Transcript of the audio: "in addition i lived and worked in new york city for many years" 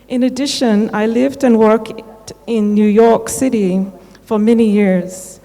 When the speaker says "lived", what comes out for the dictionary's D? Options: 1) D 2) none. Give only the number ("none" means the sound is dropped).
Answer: 1